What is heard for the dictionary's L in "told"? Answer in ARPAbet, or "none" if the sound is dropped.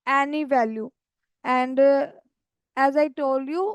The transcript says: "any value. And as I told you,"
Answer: L